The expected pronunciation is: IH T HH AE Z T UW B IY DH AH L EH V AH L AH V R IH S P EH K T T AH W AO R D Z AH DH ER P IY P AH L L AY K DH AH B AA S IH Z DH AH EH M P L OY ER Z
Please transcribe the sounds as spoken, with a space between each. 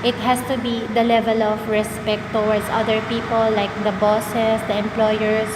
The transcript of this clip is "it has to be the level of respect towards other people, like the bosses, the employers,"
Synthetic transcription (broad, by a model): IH T HH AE S T UW B IY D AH L EH V AH L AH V R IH S P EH K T T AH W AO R D S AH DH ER P IY P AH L L AY K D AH B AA S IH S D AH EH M P L OY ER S